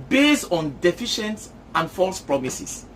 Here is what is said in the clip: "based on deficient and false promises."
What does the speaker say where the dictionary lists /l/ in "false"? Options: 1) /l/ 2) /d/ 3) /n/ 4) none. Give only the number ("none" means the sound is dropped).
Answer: 1